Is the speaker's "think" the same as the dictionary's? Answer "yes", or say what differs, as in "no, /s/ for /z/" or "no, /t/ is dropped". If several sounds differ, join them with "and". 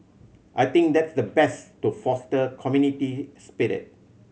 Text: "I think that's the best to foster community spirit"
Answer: no, /t/ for /θ/